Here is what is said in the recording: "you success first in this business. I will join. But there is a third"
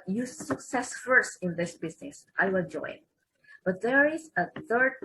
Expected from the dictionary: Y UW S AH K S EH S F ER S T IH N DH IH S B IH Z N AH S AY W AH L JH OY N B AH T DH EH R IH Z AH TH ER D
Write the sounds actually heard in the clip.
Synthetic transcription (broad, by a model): Y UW S AH K S EH S F ER S T IH N DH IH S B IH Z N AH S AY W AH N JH OY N B AH T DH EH R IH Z AH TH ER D